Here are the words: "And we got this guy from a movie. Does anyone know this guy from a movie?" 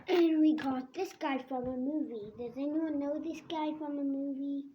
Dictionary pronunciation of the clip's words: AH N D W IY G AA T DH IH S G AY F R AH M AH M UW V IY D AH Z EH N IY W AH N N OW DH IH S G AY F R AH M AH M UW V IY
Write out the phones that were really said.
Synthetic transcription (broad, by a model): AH N W IY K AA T DH IH S G AY F R AH M AH M UW V IY D AH Z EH N IY W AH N N OW DH IH S G AY F R AH M AH M UW V IY